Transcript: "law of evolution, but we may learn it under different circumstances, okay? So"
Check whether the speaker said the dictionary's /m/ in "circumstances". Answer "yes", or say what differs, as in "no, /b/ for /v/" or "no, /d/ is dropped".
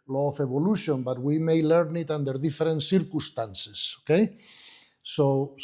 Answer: no, /m/ is dropped